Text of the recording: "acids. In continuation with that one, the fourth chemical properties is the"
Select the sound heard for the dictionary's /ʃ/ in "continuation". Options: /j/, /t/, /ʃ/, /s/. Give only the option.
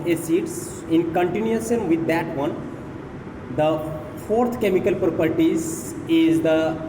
/s/